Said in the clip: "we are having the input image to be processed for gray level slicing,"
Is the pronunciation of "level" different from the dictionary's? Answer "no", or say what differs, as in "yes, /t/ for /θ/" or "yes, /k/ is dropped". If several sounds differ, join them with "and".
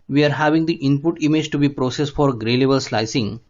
yes, /b/ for /v/